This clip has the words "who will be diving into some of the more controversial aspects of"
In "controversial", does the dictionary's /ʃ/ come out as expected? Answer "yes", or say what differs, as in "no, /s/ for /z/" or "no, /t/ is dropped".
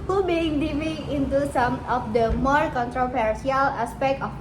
no, /s/ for /ʃ/